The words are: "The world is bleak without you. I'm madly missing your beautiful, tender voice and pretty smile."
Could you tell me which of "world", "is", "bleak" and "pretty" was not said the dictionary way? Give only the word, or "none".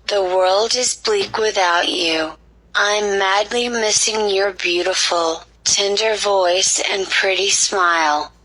none